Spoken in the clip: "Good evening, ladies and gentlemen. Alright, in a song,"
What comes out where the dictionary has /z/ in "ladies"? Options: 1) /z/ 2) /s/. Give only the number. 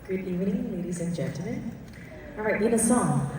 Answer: 1